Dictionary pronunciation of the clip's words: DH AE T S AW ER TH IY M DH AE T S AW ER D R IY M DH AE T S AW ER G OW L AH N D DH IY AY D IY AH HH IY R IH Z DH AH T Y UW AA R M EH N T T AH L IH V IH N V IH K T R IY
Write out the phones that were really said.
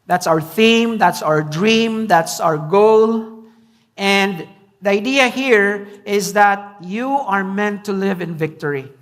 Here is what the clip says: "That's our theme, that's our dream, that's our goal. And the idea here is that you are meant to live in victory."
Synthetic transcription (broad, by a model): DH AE T S AW ER TH IY M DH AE T S AW ER D R IY M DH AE T S AW ER G OW L AH N D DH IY AY D IY AH HH IY R IH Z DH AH T Y UW AA R M EH N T T AH L IH V IH N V IH K T R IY